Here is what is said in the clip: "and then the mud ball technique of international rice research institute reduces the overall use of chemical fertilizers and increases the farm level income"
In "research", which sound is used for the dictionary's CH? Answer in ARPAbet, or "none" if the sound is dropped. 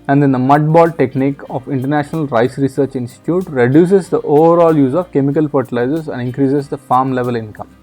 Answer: CH